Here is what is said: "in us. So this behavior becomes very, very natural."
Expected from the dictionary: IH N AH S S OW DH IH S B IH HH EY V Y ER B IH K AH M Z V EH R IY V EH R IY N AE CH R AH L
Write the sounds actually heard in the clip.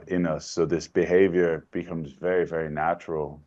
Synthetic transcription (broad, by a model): IH N AH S S OW DH IH S B IH HH EY V Y ER B IH K AH M Z V EH R IY V EH R IY N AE CH R L